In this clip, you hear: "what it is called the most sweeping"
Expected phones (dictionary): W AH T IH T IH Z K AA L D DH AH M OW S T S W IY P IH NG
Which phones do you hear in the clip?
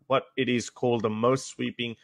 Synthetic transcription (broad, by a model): W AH T IH T IH Z K AA L D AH M OW S T S W IY P IH NG